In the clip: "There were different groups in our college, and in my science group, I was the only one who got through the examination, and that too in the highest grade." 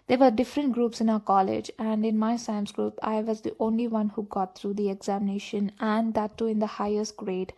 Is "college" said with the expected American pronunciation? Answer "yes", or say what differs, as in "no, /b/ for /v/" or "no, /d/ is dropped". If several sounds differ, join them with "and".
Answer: yes